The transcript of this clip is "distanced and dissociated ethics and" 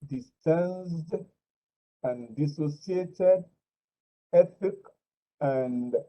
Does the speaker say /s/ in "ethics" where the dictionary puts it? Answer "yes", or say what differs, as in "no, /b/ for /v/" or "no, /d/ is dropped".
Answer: no, /s/ is dropped